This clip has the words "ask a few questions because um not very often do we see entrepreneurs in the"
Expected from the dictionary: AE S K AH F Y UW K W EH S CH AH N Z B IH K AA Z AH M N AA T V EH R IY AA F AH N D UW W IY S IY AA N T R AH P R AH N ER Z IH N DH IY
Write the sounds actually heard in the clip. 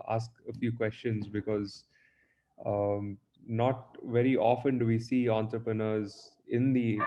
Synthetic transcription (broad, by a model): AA S K AH F Y UW K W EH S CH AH N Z B IH K AA Z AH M N AA T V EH R IY AA F AH N D UW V IY S IY AA N T R AH P R AH N ER Z IH N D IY